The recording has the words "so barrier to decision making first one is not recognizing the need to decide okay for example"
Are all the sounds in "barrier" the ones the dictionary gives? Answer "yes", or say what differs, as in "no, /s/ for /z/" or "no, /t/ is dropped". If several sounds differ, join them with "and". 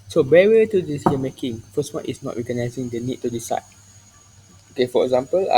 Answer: no, /w/ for /ɹ/